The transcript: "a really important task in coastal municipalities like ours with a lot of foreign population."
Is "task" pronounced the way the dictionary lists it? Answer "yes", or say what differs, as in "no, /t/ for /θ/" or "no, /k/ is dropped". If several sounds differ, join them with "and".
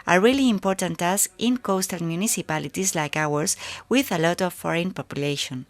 no, /k/ is dropped